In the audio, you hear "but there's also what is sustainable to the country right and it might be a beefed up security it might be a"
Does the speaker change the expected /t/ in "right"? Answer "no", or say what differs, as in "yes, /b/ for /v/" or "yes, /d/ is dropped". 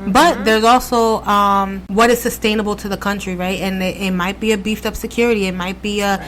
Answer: no